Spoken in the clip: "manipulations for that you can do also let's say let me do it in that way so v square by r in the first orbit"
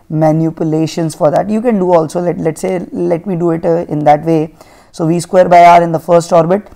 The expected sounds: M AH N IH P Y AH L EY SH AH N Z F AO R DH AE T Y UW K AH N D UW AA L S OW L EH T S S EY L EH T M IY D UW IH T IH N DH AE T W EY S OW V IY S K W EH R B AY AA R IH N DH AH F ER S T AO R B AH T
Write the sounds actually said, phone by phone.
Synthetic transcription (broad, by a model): M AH N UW P Y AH L EY SH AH N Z F AO R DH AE T Y UW K AH N D UW AA L S OW L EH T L S EY L EH T M IY D UW IH T IH N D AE T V EY S OW V IY S K W EH R B AY AA R IH N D AH F ER S T AO R B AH T